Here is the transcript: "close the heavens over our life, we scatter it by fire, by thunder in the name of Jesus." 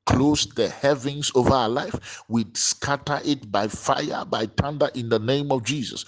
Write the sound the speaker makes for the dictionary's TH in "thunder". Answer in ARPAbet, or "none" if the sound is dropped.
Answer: T